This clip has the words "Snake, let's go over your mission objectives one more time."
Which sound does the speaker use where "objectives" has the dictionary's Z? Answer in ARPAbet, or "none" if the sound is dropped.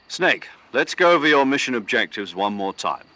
Z